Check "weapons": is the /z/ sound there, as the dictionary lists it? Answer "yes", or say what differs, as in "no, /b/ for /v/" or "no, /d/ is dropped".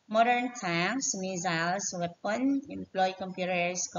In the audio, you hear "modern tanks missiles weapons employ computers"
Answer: no, /z/ is dropped